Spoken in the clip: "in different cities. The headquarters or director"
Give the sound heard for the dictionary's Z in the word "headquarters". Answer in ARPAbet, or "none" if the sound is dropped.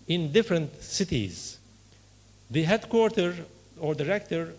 none